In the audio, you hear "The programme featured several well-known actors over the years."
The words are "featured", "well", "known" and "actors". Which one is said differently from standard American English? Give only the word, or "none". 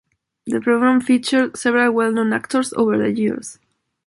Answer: actors